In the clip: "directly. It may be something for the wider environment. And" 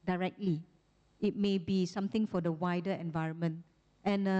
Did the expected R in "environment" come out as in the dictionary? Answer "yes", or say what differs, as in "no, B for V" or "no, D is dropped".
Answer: yes